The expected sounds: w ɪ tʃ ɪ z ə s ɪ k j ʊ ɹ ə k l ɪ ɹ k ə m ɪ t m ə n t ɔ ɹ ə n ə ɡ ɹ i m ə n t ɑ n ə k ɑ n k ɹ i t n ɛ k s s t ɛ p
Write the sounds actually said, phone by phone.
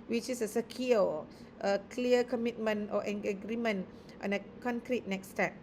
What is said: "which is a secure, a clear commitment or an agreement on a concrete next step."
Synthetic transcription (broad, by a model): w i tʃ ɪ s ə s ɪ k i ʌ ə k l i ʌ k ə m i t m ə n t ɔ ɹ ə ə ɡ ɹ i m ə n t ɑ n ə k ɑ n k ɹ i t n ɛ k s s t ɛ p